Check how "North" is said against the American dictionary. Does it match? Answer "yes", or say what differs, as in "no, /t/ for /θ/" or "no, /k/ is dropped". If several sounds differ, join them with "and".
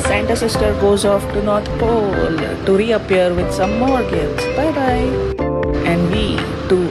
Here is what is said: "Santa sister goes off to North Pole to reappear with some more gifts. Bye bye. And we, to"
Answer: no, /t/ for /θ/